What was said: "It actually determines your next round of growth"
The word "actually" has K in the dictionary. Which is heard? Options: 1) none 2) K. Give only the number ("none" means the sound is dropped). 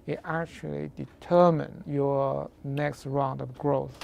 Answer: 2